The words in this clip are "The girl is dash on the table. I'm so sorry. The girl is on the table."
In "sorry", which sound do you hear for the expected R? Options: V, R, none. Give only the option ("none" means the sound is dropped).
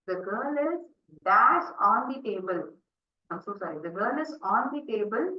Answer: none